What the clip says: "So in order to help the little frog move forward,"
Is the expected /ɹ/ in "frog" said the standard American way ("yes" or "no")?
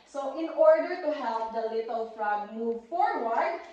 yes